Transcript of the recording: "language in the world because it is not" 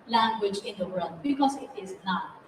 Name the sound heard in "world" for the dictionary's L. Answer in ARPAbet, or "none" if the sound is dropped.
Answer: none